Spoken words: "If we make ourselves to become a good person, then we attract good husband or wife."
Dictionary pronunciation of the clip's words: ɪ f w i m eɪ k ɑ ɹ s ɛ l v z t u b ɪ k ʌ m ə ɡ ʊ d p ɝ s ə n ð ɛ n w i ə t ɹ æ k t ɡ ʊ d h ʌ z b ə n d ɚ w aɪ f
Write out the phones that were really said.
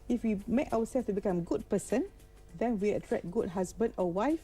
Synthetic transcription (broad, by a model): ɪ f w i m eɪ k ɑ w s ɛ l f t u b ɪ k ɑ m ɡ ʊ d p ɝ s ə n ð ɛ n w i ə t ɹ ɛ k ɡ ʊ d h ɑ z b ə n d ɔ w aɪ f